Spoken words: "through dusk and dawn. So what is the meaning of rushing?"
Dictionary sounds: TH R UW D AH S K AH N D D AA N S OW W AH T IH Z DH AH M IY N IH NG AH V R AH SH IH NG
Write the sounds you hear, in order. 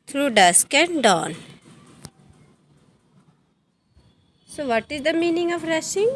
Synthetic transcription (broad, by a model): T R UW D AH S K AH N D D AA N S OW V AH T IH Z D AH M IY N IH NG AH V R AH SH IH NG